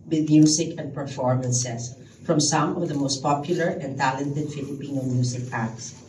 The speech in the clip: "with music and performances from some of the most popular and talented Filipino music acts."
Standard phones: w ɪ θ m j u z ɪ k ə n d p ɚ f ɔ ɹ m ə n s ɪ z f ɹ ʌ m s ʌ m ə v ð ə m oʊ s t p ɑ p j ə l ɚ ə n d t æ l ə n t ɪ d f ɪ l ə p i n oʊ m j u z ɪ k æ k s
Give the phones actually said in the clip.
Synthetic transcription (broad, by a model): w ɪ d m j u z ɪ k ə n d p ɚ f ɔ ɹ m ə n s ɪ s f ɹ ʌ m s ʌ m ə v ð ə m oʊ s t p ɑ p j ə l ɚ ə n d t æ l ə n t ɪ d f ɪ l ə p i n oʊ m j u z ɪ k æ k s